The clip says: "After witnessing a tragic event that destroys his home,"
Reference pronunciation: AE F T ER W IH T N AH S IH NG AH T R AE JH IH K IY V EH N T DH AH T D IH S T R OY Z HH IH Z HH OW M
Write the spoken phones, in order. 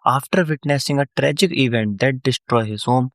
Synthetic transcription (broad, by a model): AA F T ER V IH T N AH S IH NG AH T R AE JH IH K IY V EH N T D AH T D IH S T R OY HH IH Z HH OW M